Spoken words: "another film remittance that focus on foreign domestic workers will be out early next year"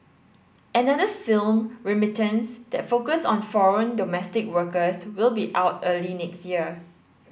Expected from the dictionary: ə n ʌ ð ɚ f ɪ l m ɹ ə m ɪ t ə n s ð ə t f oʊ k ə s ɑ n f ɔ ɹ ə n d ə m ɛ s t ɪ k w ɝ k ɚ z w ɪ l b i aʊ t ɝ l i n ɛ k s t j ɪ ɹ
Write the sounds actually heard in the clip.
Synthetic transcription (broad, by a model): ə n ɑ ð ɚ f ɪ l m ɹ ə m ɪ t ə n s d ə t f oʊ k ə s ɑ n f ɔ ɹ ə n d ə m ɛ s t ɪ k w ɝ k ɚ s w ɪ l b i aʊ t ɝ l i n ɛ k s t j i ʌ